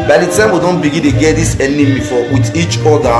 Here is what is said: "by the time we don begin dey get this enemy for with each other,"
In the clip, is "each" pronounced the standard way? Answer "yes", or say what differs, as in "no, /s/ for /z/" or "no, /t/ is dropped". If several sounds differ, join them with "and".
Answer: yes